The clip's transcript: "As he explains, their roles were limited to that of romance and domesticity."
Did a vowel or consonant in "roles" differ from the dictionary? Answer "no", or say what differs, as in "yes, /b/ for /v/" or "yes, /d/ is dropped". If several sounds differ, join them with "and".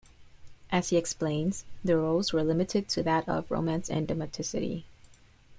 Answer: no